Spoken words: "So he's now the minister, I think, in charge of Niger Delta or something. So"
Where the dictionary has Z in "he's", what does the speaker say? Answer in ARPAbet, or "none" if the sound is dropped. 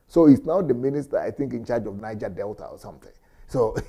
S